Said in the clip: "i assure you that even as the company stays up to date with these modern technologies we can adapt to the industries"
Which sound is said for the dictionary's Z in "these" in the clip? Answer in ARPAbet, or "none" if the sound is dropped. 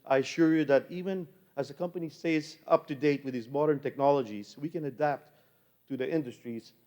Z